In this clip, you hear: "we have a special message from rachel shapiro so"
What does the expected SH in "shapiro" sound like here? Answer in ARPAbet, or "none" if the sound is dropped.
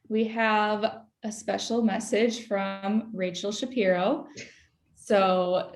SH